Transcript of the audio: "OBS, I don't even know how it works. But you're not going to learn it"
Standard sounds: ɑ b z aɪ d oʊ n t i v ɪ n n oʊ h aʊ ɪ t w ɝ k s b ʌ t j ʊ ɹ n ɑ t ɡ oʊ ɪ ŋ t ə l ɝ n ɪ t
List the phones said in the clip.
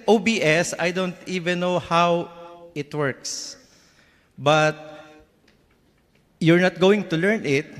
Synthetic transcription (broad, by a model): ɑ b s aɪ d oʊ n t i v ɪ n n oʊ h aʊ ɪ t w ɝ k s b ʌ t j ʊ ɹ n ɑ t ɡ oʊ ɪ ŋ t ə l ɝ n ɪ t